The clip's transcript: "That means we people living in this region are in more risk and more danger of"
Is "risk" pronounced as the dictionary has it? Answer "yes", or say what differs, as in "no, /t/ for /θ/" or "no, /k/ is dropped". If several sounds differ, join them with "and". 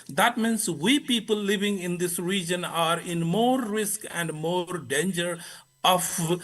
yes